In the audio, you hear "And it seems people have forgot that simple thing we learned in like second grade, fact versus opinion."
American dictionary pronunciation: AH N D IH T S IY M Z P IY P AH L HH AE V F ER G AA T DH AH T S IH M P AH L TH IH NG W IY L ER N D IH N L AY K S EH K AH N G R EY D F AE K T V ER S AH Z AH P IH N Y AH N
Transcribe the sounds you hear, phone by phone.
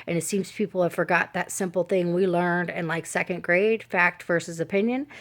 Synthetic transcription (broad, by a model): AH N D IH T S IY M Z P IY P L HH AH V F ER G AA T DH AH T S IH M P L TH IH NG W IY L ER N D IH N L AY K S EH K AH N G R EY D F AE K T V ER S AH Z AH P IH N Y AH N